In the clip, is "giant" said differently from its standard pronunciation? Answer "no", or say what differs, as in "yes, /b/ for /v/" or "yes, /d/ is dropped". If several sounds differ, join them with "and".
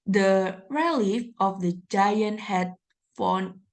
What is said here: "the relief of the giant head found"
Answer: no